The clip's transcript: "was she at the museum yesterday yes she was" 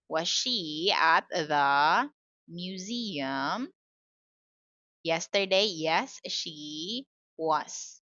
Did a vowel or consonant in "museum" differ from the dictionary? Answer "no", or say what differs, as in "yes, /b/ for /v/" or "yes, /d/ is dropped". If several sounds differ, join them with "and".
no